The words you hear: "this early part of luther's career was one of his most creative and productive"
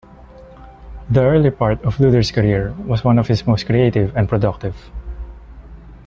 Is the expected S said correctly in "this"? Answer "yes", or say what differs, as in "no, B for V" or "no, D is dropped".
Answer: no, S is dropped